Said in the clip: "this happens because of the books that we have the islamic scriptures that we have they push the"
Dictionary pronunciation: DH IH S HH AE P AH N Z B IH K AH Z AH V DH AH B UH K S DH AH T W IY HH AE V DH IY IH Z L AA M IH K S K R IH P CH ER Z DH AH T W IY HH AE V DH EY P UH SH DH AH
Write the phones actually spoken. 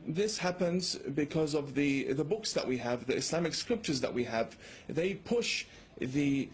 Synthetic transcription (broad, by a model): DH IH S HH AE P AH N Z B IH K AH Z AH V DH AH B UH K S DH AH T W IY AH V DH IY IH S L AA M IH K S K R IH P CH ER Z DH AH T W IY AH V DH EY P UH SH DH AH